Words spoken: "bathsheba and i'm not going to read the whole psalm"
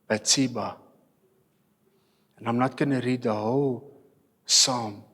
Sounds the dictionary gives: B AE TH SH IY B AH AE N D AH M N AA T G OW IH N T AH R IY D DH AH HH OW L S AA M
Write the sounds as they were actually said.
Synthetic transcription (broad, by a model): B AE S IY B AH N AH M N AA T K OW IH N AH R IY D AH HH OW W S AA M